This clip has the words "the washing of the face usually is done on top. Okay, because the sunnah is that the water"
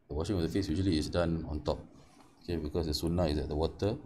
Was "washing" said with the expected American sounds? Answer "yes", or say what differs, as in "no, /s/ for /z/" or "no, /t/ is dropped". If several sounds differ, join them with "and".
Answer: yes